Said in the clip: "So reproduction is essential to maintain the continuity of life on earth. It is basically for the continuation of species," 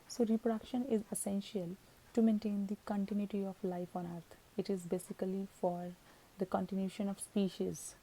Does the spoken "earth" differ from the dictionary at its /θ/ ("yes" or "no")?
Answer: yes